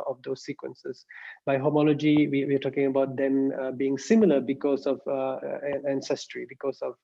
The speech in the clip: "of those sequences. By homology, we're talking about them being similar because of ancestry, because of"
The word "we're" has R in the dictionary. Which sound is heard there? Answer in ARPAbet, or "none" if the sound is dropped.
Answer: W